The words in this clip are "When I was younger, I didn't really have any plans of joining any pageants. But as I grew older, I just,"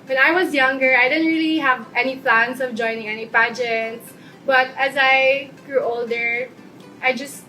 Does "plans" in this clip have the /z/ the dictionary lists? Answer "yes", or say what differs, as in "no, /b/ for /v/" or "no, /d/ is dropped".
no, /s/ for /z/